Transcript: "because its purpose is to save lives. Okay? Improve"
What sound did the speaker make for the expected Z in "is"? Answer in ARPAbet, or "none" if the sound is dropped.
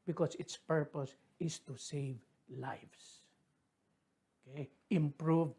S